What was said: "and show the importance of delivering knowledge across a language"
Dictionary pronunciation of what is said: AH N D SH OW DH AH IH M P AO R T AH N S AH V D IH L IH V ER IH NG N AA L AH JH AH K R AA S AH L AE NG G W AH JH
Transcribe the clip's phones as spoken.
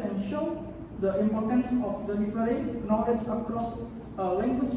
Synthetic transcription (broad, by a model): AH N SH OW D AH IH M P AO T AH N S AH F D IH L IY F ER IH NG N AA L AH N AH K R AA S AH L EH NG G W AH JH